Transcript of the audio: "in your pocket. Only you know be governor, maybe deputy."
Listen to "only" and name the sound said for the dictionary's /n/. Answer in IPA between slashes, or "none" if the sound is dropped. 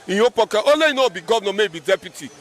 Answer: none